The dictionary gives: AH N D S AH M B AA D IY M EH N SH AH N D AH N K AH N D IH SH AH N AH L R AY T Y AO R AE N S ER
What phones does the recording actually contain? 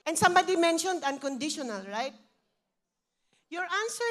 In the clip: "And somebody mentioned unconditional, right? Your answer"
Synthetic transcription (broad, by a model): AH N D S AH M B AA D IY M EH N SH AH N D AH N K AH N D IH SH AH N AH L R AY T Y AO R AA N S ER